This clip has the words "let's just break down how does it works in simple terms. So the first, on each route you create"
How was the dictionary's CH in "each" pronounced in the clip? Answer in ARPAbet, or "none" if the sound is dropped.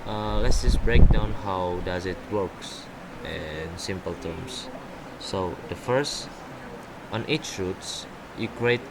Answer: CH